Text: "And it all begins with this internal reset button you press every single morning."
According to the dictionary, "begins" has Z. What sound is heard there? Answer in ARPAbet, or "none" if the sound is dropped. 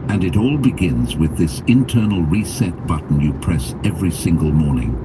Z